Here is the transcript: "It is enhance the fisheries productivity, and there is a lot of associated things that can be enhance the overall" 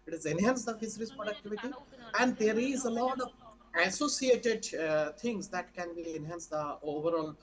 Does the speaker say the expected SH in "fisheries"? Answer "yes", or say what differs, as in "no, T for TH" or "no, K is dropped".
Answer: no, S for SH